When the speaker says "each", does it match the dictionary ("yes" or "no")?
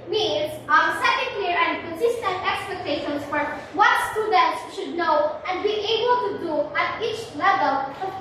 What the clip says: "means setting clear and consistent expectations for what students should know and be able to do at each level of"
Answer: yes